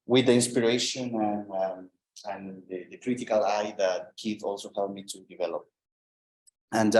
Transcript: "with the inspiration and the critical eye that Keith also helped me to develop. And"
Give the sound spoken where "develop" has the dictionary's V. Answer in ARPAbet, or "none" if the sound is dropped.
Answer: V